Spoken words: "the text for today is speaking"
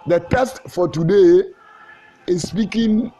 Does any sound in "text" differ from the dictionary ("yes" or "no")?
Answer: yes